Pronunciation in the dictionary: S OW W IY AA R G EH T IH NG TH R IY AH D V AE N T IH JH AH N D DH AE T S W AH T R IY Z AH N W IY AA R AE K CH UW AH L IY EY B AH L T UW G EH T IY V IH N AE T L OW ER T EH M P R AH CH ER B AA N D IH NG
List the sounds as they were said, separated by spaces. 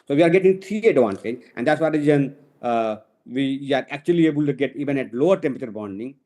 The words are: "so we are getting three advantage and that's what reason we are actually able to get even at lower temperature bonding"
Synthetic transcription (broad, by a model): S OW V IY AA R G EH T IH NG T R IY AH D V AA N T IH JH AH N D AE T S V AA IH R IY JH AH N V IY AA R AE K CH UW AH L IY EY B AH L T UW G EH T IY V IH N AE T L OW ER T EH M P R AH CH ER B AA N D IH NG